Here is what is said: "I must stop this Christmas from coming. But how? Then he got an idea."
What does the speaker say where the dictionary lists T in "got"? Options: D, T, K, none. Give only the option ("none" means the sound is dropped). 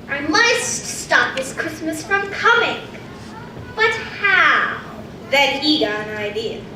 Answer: none